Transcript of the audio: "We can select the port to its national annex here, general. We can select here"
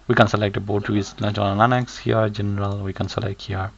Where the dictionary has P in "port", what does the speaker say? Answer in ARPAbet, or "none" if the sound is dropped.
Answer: B